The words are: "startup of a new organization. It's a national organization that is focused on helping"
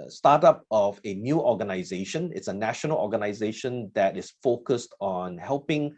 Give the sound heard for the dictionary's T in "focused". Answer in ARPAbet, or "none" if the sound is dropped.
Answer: T